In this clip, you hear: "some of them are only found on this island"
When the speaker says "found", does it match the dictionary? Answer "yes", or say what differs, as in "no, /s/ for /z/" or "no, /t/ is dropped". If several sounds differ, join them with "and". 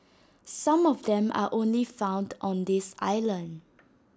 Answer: yes